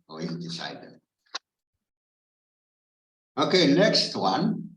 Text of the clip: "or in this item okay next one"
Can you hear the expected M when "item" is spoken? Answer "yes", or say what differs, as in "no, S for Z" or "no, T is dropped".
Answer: no, M is dropped